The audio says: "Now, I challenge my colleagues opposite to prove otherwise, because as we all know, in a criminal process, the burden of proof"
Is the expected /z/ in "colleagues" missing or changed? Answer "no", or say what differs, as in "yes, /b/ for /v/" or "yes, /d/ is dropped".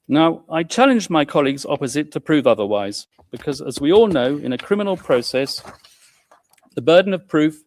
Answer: no